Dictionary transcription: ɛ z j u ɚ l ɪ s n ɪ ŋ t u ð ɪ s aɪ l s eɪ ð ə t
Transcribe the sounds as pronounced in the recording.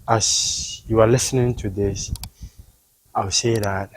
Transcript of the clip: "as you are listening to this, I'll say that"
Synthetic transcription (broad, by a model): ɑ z j u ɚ l ɪ s n ɪ ŋ t u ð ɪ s aɪ l s eɪ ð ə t